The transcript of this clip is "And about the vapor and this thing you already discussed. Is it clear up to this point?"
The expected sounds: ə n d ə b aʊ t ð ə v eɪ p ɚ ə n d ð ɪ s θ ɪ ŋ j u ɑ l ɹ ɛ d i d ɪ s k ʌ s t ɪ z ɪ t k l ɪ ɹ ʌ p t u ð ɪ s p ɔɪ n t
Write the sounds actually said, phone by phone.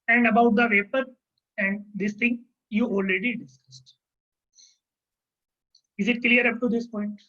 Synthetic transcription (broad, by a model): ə n d ə b aʊ t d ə v eɪ p ɚ ə n d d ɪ s t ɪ ŋ j u ɑ l ɹ ɛ d i d ɪ s k ʌ s t ɪ z ɪ t k l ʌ ɹ ʌ p t u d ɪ s p ɔɪ n t